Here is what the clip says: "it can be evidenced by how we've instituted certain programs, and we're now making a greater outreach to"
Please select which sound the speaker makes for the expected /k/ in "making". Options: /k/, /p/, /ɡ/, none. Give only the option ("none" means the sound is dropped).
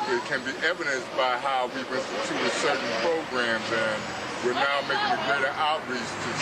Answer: /k/